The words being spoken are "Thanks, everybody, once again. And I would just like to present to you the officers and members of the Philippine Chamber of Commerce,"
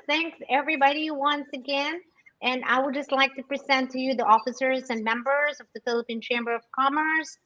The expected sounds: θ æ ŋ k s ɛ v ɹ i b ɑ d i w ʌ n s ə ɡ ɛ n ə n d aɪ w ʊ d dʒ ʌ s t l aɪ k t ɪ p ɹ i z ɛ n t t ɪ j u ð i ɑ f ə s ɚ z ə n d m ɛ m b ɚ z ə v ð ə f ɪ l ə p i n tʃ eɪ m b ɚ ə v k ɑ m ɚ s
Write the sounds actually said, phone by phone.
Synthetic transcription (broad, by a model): θ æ ŋ k s ɛ v ɹ i b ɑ d i w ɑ n s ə ɡ ɛ n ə n aɪ w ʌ d dʒ ʌ s t l aɪ k t ɪ p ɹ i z ɛ n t t ɪ j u ð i ɑ f ə s ɚ z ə n m ɛ m b ɚ z ə v ð ə f ɪ l ə p i n tʃ eɪ m b ɚ ə v k ɑ m ɚ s